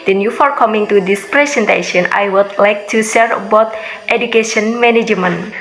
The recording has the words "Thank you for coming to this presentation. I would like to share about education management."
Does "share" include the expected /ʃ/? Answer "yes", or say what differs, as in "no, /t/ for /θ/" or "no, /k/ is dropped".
no, /s/ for /ʃ/